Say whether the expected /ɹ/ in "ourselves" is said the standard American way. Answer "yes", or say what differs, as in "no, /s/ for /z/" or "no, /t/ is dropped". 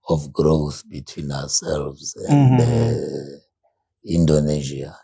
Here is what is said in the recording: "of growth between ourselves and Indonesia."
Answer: no, /w/ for /ɹ/